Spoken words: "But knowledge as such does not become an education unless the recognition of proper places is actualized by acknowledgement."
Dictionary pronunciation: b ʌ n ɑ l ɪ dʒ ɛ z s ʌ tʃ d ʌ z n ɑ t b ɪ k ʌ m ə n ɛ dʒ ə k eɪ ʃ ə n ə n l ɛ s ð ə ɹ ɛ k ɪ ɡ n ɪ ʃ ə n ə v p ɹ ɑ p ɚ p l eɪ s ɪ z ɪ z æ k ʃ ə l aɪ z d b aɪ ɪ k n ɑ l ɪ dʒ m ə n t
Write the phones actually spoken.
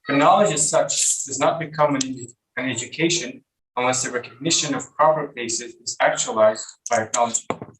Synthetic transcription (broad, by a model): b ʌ n ɑ l ɪ dʒ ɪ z s ʌ tʃ d ʌ z n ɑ t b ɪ k ʌ m ə n ɛ dʒ ə k eɪ ʃ ə n ə n l ɛ s ð ə ɹ ɛ k ɪ ɡ n ɪ ʃ ə n ə v p ɹ ɑ p ɚ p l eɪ s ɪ z ɪ z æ k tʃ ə l aɪ z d b aɪ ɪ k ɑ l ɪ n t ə